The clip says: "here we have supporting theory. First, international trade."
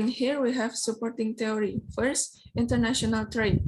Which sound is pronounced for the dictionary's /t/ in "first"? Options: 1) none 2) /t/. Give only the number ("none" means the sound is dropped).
2